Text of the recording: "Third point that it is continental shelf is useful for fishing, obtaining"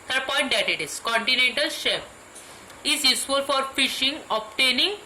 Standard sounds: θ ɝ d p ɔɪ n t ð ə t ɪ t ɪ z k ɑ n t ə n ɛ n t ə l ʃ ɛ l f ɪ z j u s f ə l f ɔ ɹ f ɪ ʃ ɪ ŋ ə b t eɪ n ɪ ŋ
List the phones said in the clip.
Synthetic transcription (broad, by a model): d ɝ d p ɔɪ n t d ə t ɪ t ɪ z k ɑ n t ə n ɛ n t ə l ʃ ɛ f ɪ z j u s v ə l f ɔ ɹ f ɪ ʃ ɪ ŋ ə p t eɪ n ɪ ŋ